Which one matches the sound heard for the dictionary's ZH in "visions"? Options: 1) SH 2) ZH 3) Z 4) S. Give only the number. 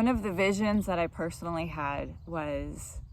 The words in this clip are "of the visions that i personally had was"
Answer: 2